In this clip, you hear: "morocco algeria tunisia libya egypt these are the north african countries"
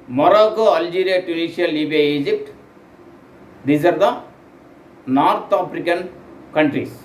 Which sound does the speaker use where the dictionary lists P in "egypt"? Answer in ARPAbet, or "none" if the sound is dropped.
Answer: P